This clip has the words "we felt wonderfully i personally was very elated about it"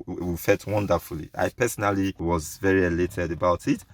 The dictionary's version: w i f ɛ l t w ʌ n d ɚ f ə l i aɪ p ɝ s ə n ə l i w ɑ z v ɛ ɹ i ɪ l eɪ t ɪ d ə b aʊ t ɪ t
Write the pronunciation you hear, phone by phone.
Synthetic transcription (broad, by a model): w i f ɛ l t w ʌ n d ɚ f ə l i aɪ p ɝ s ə n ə l i w ɑ z v ɛ ɹ i ɪ l eɪ t ɪ d ə b aʊ t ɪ t